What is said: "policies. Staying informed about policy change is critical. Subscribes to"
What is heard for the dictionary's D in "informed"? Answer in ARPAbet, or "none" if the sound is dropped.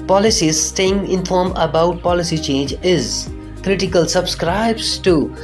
none